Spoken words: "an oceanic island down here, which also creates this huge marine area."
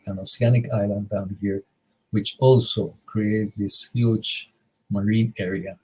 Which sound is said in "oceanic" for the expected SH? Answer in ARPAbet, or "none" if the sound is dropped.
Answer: S